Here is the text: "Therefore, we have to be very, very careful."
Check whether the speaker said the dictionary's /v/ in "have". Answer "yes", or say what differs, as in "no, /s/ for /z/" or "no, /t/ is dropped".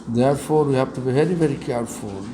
no, /b/ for /v/